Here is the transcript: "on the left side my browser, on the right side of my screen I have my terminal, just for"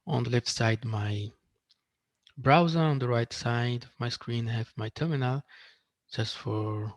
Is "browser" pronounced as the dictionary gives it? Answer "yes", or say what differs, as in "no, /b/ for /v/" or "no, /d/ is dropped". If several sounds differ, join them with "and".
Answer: yes